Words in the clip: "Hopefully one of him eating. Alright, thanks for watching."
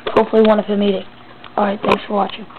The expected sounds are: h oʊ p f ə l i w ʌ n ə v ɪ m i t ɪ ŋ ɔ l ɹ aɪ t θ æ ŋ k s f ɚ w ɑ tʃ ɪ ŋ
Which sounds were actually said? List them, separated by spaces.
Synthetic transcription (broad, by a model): h oʊ p f l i w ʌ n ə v ɪ m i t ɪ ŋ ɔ ɹ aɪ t θ æ ŋ k s f ɚ w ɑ tʃ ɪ